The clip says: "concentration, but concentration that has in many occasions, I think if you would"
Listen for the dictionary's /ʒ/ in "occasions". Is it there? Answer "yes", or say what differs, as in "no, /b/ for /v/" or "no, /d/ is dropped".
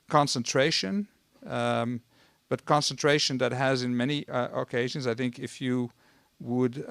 yes